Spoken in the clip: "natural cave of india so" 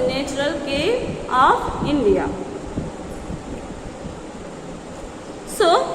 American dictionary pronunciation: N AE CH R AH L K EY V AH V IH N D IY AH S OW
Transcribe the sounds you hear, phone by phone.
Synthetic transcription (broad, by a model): N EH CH R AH L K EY AH P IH N D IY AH S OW